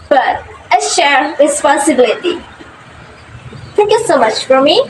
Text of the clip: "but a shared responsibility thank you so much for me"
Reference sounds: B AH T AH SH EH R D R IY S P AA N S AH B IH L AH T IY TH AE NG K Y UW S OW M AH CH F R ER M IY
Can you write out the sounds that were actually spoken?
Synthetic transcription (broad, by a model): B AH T AH SH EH R R IY S P AA N S AH B IH L AH T IY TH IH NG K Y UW S OW M AH CH F R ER M IY